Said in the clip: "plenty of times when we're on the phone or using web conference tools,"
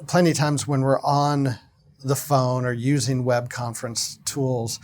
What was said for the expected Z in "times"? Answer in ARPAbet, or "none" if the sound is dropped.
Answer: Z